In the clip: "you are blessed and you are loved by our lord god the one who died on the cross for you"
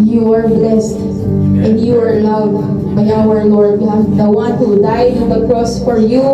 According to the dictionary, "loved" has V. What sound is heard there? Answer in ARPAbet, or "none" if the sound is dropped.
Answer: W